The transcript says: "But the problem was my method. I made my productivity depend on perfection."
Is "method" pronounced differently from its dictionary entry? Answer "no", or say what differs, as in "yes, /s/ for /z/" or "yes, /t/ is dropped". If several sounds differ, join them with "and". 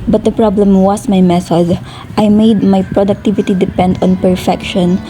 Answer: yes, /s/ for /θ/